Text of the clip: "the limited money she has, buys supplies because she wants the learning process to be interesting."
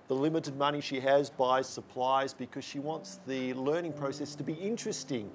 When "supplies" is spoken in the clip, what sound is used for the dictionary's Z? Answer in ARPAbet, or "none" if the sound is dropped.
Z